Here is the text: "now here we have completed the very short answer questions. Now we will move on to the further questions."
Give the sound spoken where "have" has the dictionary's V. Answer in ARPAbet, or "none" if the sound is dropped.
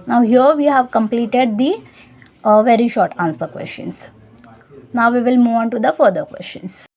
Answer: V